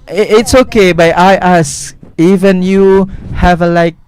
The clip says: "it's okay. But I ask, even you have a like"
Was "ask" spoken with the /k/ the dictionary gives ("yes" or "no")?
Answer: no